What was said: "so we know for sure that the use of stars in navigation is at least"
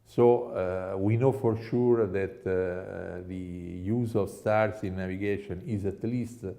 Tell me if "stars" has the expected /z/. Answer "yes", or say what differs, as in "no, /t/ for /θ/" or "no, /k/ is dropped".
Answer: no, /s/ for /z/